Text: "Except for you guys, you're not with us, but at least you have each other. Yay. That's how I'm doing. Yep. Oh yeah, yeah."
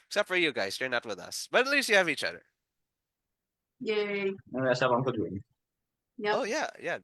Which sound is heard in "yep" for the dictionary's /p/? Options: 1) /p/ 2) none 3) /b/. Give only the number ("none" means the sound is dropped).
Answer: 2